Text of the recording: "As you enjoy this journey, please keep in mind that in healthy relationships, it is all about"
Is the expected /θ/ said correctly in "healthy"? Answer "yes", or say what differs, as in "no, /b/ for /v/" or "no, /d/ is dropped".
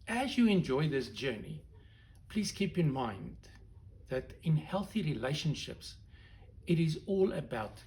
yes